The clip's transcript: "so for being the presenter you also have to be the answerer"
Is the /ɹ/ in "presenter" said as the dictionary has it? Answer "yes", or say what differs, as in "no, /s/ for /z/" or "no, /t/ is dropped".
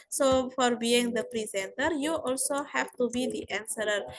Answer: yes